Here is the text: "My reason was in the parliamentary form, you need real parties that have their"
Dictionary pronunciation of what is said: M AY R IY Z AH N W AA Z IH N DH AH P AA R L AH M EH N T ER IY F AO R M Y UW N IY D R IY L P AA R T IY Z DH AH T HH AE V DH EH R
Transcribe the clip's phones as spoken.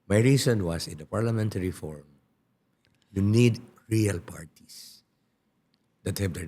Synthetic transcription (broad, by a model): M AY R IY S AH N W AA S IH N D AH P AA R L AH M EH N T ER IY F AO R M Y UW N IY D R IY L P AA R T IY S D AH T HH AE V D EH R